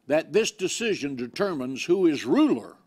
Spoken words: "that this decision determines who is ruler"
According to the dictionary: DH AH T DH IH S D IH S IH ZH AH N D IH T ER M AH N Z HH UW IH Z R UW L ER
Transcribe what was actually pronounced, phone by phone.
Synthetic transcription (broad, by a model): DH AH T DH IH S D IH S IH ZH AH N D IH T ER M AH N Z HH UW IH Z R UW L ER